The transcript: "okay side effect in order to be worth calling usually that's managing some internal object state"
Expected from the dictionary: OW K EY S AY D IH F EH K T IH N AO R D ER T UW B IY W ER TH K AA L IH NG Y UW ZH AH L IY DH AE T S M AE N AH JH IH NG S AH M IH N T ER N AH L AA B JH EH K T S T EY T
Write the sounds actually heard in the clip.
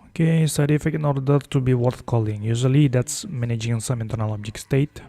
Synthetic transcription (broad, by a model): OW K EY S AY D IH F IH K IH N AO R D ER T UW B IY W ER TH K AA L IH NG Y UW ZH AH L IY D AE T S M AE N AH JH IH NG S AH M IH N T ER N AH L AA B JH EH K S T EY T